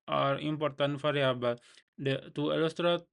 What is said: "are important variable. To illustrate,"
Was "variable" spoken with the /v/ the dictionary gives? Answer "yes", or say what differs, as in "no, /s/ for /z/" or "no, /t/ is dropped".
no, /f/ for /v/